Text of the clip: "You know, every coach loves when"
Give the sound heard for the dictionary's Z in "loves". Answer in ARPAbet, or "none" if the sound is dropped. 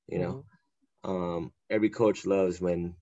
Z